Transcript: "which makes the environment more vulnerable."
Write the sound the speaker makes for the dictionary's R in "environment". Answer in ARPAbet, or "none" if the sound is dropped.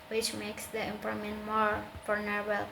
none